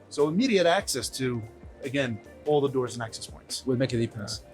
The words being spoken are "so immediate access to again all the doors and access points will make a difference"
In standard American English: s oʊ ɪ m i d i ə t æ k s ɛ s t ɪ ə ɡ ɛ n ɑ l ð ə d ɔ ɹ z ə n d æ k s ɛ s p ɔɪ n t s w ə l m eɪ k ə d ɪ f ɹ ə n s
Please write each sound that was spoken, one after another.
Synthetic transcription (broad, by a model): s oʊ ɪ m i d i ə t æ k s ɛ s t ɪ ə ɡ ɛ n ɑ l ð ə d ɔ ɹ z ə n æ k s ɛ s p ɔɪ n t s w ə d m eɪ k ə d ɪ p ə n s